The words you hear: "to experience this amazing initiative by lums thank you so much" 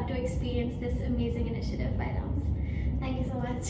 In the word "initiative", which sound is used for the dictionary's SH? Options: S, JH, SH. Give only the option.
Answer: SH